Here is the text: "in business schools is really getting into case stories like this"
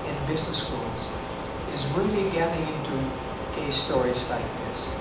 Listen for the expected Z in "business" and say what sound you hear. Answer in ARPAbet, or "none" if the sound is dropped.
Z